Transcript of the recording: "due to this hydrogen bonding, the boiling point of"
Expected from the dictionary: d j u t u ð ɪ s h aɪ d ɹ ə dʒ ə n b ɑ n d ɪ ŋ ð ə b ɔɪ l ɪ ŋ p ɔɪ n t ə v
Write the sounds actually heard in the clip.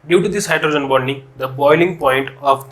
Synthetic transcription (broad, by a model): d j u t u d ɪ s h aɪ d ɹ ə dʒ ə n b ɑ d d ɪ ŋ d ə b ɔɪ l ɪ ŋ p ɔɪ n t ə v